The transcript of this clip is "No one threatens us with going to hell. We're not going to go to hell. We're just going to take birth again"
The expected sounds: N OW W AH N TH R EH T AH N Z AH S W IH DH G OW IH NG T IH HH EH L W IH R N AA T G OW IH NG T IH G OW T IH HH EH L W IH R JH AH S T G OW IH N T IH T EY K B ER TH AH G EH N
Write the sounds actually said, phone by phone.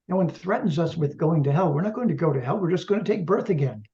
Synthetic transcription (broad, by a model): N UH W AH N TH R EH T N Z AH S W IH DH G OW IH NG T IH HH EH L W IH R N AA T G OW IH NG T IH G OW T IH HH EH L W IH R JH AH S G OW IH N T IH T EY K B ER TH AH G EH N